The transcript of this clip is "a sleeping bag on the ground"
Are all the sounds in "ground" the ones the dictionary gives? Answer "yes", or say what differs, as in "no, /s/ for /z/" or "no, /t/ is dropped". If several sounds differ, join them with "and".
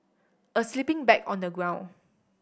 no, /d/ is dropped